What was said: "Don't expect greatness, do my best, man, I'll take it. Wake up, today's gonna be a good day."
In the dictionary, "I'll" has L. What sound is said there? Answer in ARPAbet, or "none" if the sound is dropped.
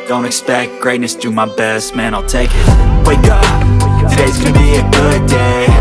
L